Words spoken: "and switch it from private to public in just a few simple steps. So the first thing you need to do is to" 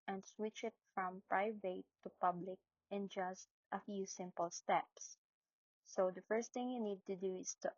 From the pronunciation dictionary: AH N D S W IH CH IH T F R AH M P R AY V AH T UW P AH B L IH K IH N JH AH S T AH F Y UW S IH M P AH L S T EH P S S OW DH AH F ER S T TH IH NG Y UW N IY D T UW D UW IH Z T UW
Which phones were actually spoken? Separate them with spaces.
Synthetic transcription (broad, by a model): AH N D S W IH CH IH T F R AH M P R AY V AH T UW P AH B L IH K IH N JH AH S T AH F Y UW S IH M P AH L S T EH P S S OW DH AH F ER S T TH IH NG Y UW N IY D T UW D UW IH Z T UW